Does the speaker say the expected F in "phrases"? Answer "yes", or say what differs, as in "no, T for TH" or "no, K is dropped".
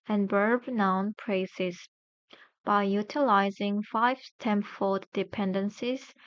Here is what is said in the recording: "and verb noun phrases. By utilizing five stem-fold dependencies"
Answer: no, P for F